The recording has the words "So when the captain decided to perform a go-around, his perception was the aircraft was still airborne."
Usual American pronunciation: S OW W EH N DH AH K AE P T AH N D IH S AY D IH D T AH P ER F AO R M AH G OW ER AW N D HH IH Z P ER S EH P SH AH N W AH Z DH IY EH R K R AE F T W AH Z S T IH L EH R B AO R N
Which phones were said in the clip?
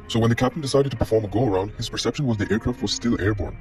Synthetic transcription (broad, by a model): S OW W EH N DH AH K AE P T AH N D IH S AY D IH D T AH P ER F AO R M AH G OW ER AW N D HH IH Z P ER S EH P SH AH N W AH Z DH IY EH R K R AE F T W AH Z S T IH L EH R B AO R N